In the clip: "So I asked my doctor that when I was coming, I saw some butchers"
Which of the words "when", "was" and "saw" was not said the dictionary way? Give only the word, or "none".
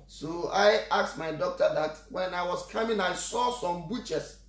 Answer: was